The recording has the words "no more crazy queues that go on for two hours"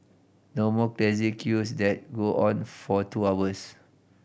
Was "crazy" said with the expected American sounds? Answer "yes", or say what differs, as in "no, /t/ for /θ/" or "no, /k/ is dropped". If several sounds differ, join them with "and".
no, /l/ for /ɹ/